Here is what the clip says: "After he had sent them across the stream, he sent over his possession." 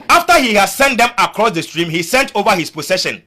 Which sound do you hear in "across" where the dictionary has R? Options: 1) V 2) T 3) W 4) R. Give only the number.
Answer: 4